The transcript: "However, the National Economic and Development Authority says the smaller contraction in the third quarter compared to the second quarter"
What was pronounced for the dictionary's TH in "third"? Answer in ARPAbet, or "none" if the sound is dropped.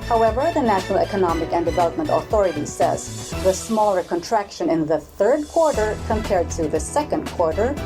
TH